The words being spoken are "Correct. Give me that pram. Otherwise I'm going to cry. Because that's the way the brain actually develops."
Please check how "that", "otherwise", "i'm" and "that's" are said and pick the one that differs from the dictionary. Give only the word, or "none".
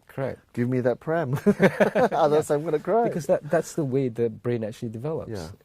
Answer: otherwise